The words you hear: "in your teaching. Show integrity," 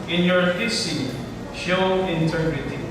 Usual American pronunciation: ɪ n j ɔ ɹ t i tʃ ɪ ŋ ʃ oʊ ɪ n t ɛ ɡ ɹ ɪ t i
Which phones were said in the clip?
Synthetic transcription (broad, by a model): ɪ n j ɔ ɹ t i s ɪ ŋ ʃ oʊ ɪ n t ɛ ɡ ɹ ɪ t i